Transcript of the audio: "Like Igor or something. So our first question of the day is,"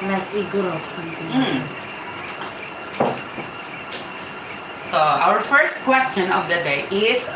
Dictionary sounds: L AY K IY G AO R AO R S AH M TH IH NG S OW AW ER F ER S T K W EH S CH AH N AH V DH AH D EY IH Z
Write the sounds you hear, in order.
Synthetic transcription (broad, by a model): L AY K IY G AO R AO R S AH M T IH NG S OW AW ER F ER S T K W EH S CH AH N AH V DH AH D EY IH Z